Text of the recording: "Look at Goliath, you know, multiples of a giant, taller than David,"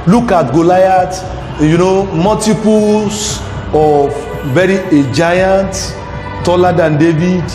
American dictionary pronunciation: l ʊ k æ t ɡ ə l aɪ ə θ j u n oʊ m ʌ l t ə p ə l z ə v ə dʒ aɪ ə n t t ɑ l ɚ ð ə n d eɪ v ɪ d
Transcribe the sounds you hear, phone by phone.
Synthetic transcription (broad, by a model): l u k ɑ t ɡ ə l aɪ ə t j u n oʊ m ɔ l t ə p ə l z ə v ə dʒ aɪ ə n t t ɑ l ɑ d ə n d eɪ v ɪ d